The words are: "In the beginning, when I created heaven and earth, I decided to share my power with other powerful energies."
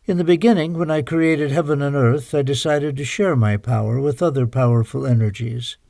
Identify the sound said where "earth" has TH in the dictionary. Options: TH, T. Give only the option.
TH